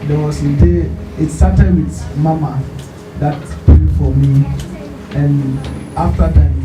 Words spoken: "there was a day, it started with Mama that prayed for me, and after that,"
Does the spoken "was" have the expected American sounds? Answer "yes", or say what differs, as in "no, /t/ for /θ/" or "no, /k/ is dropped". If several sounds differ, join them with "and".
no, /s/ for /z/